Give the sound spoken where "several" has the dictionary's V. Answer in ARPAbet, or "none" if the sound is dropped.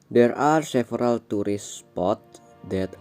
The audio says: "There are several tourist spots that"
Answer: F